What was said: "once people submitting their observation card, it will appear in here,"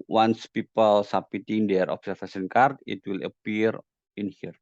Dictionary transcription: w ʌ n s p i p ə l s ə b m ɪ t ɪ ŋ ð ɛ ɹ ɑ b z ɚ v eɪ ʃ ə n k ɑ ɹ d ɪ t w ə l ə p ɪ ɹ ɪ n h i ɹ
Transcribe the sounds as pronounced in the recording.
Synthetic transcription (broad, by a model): w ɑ n s p i p ə l s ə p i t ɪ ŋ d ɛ ɹ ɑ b s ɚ f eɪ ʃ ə n k ɑ ɹ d ɪ t w ə l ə p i ɹ ɪ n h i ɹ